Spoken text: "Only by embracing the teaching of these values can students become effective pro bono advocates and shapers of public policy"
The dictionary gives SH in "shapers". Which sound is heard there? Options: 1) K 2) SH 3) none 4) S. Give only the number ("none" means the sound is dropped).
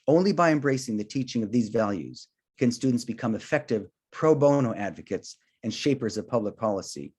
2